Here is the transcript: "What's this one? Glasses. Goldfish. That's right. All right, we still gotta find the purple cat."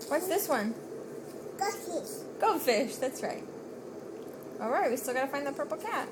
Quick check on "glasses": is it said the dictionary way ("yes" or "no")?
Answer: no